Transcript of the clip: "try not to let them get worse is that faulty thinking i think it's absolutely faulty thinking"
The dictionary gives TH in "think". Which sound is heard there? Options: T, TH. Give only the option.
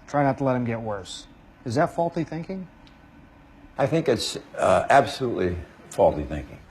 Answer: TH